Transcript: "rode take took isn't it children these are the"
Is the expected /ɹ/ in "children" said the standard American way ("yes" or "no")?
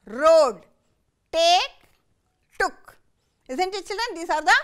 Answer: no